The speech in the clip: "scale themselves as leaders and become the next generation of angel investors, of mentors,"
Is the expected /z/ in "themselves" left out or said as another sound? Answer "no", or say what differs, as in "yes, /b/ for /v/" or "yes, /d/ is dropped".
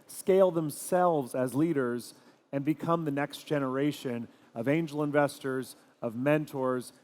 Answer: no